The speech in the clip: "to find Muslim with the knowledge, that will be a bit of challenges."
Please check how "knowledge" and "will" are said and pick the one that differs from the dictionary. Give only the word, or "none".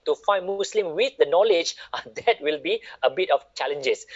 none